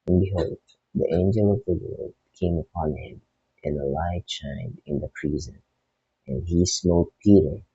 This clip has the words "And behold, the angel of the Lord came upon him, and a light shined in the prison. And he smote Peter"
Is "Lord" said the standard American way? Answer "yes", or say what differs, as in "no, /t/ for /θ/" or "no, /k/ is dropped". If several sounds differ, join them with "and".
no, /l/ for /ɹ/